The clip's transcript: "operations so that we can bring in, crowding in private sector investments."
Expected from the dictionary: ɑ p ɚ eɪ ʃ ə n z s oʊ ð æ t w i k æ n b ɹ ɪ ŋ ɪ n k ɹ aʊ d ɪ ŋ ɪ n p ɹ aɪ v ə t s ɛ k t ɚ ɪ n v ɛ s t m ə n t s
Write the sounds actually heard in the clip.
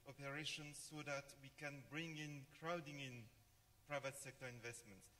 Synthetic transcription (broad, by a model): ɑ p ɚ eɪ ʃ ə n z s oʊ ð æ t w i k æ n b ɹ ɪ ŋ ɪ n k ɹ aʊ d ɪ ŋ ɪ n p ɹ aɪ v ə t s ɛ k t ɚ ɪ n v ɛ s t m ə n t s